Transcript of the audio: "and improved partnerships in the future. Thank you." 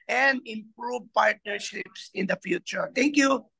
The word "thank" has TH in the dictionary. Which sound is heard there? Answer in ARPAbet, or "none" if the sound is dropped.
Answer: T